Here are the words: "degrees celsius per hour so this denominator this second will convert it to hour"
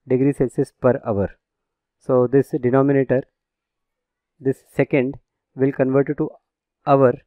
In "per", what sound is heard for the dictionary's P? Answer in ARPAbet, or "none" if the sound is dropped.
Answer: P